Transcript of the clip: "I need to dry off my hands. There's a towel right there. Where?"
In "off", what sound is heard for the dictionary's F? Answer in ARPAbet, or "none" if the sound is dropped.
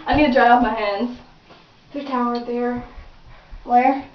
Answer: P